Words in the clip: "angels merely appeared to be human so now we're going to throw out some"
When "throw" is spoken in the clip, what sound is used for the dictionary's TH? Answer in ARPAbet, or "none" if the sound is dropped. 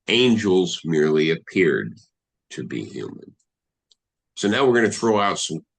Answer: TH